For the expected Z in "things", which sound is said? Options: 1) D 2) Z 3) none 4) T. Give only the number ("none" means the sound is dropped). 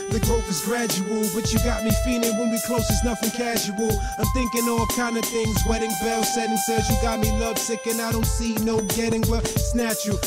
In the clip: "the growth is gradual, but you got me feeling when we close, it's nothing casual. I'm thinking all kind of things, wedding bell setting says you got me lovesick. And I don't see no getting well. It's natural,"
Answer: 2